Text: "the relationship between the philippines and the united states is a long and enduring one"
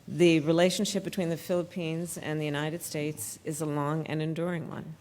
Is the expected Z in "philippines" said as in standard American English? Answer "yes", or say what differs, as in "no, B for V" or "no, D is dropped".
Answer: yes